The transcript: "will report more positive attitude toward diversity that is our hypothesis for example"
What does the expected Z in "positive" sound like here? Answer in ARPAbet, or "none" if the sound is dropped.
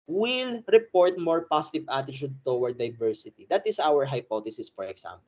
S